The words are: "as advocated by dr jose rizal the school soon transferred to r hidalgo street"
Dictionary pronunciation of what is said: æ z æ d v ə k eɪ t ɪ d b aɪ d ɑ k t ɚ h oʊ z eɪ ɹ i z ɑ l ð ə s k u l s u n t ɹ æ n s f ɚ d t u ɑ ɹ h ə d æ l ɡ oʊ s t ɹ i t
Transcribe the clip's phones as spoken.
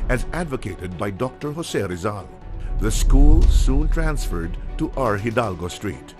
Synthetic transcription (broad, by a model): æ z æ d v ə k eɪ t ɪ d b aɪ d ɑ k t ɚ h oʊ s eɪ ɹ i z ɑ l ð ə s k u l s u n t ɹ æ n s f ɚ d t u ɑ ɹ h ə d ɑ l ɡ oʊ s t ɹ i t